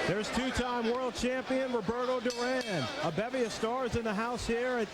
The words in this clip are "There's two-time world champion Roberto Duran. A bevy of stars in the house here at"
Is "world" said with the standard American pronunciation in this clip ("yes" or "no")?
yes